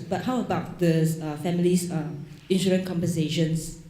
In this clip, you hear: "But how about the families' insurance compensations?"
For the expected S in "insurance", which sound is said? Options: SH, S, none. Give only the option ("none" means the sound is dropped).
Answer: none